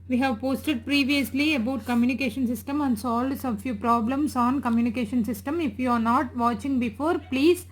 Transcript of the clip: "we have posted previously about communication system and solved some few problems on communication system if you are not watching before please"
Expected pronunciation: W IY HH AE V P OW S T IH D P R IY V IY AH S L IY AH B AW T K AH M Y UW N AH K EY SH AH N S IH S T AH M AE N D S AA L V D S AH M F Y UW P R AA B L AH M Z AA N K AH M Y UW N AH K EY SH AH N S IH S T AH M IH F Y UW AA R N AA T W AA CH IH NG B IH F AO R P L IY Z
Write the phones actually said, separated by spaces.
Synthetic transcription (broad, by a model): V IY HH AE V P OW S T IH D P R IY V IY AH S L IY AH B AW T K AH M Y UW N AH K EY SH AH N S IH S T AH M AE N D S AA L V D S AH F Y UW P R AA B L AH M S AA N K AH M Y UW N AH K EY SH AH N S IH S T AH M IH F Y UW AA R N AA T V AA CH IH NG B IH F AO R P L IY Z